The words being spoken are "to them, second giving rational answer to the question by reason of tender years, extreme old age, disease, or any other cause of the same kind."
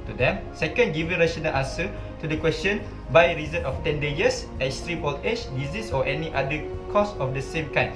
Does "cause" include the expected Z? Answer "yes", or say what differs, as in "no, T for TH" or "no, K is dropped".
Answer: no, S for Z